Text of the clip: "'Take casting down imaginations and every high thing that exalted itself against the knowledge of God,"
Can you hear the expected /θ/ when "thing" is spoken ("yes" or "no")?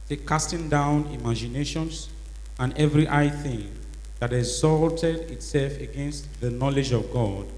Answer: yes